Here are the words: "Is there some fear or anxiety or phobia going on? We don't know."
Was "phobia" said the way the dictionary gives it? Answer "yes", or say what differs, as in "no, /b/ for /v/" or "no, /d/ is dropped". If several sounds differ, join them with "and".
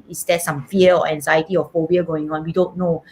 no, /b/ is dropped